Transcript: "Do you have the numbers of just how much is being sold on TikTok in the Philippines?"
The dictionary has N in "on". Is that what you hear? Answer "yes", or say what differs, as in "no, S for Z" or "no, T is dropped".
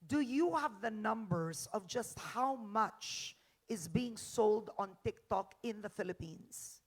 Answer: yes